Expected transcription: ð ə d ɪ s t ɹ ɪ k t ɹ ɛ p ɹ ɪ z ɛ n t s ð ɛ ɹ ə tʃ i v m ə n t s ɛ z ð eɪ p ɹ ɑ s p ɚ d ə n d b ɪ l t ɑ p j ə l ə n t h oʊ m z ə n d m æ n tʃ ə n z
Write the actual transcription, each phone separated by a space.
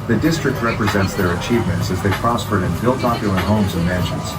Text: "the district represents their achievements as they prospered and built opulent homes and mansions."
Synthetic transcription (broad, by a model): ð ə d ɪ s t ɹ ɪ k t ɹ ɛ p ɹ ɪ z ɛ n t s ð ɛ ɹ ə tʃ i v m ə n t s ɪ z ð eɪ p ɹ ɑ s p ɚ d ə n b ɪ l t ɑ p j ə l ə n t h oʊ m z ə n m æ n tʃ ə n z